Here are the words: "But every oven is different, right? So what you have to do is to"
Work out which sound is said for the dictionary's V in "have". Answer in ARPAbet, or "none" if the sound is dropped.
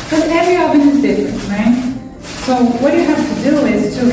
F